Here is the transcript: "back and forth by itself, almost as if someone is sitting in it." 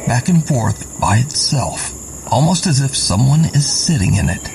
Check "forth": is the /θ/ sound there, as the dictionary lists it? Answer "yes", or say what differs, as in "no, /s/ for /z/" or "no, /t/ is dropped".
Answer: yes